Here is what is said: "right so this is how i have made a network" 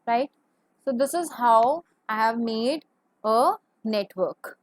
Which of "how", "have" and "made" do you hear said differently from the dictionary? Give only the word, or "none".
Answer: none